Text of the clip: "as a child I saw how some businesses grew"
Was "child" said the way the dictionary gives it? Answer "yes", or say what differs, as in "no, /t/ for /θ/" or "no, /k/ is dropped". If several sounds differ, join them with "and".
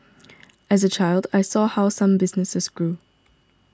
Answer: yes